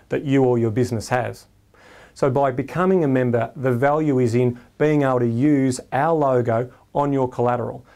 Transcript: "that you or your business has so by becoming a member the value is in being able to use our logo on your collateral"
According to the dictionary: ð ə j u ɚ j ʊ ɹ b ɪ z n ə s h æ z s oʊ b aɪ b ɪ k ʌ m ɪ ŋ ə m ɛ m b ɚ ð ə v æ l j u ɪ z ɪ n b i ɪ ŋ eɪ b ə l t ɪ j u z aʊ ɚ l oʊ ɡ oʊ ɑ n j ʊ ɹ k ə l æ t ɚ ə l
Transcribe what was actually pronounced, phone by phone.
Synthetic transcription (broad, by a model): ð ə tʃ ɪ ɚ j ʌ ɹ b ɪ z n ə s h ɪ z s oʊ b aɪ b ɪ k ʌ m ɪ ŋ ə m ɛ m b ɚ ð ə v æ l j u ɪ z ɪ n b i ɪ ŋ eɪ b l t ɪ j u z aʊ ɚ l oʊ ɡ oʊ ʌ n j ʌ ɹ k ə l æ t ɚ l